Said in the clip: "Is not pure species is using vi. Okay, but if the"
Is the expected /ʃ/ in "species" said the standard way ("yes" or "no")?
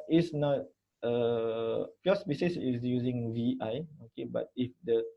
no